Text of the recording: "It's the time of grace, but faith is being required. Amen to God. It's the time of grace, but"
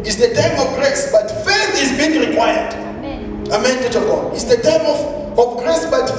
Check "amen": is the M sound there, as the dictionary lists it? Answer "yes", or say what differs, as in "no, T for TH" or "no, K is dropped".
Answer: yes